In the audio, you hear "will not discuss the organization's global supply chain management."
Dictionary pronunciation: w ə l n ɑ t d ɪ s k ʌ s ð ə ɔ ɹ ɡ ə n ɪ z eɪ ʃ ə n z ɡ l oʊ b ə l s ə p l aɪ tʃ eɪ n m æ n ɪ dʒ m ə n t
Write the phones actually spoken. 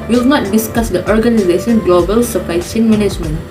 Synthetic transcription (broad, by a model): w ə l n ɑ t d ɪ s k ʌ s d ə ɔ ɹ ɡ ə n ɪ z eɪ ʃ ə n ɡ l oʊ b ə l s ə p aɪ s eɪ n m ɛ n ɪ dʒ m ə n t